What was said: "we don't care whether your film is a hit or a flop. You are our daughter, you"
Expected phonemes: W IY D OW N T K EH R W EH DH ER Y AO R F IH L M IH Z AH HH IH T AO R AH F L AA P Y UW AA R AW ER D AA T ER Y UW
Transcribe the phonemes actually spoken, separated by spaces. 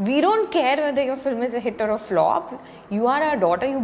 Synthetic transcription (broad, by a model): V IY D OW N T K EH R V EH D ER Y AO R F IH L M IH Z AH HH IH T AO R AH F L AA P Y UW AA R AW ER D AA T ER Y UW